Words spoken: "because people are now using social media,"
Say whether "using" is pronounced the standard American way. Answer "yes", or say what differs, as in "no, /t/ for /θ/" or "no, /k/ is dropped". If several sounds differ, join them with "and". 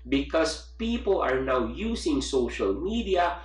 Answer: no, /s/ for /z/